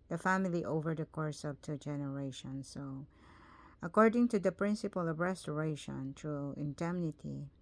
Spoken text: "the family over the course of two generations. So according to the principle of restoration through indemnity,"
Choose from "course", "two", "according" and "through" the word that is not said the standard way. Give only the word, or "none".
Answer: through